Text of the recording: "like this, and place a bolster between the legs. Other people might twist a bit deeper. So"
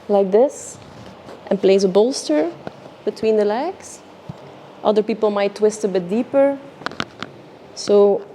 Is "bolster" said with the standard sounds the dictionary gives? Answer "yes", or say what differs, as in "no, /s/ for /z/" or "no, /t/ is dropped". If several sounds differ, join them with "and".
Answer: yes